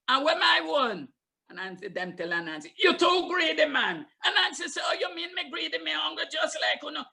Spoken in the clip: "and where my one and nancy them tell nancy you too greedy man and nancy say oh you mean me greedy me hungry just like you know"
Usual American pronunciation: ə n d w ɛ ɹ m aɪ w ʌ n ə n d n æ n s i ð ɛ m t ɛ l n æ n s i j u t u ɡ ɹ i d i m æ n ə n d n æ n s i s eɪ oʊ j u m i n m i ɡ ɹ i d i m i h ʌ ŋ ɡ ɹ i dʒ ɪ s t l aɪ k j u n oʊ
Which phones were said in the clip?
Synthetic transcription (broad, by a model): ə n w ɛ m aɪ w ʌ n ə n n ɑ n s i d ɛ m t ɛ l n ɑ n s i j u t u ɡ ɹ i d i m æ n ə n n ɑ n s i s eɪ oʊ j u m i n m i ɡ ɹ i d i m i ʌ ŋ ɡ i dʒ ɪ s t l aɪ k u n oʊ